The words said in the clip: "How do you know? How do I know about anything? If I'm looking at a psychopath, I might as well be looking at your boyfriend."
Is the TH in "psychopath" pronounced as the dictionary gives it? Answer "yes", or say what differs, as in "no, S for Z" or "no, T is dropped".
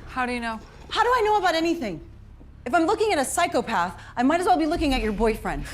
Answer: yes